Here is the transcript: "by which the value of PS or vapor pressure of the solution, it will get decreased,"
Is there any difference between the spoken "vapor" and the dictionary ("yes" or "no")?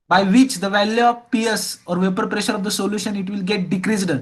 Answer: no